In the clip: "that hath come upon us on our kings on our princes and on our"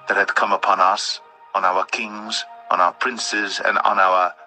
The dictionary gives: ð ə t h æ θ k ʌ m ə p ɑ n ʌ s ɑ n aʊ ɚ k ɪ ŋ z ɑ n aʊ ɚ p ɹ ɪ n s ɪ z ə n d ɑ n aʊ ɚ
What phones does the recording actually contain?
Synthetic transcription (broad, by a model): ð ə t h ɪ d k ʌ m ə p ɑ n ʌ s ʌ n aʊ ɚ k ɪ ŋ z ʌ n aʊ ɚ p ɹ ɪ n s ɪ z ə n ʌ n aʊ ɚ